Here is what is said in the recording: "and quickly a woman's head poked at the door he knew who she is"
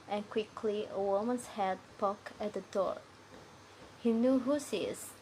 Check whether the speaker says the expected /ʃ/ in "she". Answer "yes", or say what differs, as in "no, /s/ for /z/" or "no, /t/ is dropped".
no, /s/ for /ʃ/